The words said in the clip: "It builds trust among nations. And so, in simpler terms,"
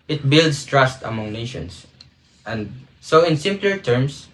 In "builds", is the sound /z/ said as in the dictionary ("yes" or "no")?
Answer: no